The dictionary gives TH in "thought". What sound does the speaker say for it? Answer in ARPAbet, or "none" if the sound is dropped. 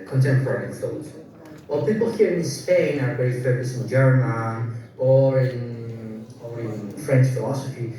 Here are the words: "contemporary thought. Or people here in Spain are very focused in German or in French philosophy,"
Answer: F